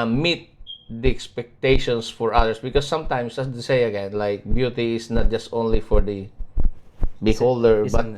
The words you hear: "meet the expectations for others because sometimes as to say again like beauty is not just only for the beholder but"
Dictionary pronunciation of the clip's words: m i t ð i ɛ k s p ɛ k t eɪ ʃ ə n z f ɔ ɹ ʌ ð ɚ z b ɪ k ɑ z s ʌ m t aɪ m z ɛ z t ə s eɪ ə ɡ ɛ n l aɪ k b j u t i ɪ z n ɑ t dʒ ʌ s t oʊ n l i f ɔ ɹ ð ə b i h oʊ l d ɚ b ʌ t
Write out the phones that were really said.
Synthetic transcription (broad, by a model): m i t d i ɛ k s p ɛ k t eɪ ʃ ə n s f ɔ ɹ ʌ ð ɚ s b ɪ k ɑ s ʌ m t aɪ m s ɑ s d s eɪ ə ɡ ɛ n l aɪ k b j u t i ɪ s n ɑ t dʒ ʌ s t oʊ n l i f ɔ ɹ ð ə b i h oʊ l d ɚ b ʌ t